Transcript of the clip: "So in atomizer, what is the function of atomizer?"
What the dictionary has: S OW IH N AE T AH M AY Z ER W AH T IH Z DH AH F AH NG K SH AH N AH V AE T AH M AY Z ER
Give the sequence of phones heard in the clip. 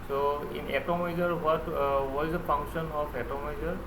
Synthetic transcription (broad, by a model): S OW IH N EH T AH M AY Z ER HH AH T IH Z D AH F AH NG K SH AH N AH P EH T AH M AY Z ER